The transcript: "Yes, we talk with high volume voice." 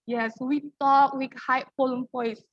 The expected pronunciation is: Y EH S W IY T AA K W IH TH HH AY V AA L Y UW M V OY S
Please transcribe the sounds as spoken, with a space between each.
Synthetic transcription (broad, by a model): Y EH S W IY T AA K W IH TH HH AY P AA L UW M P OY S